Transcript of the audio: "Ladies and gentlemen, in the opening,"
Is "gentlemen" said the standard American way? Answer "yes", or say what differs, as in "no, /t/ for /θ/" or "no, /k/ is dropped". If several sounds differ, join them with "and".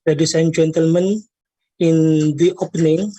yes